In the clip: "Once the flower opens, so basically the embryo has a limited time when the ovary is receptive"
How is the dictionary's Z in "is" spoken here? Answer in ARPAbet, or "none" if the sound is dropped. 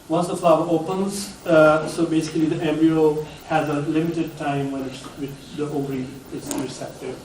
S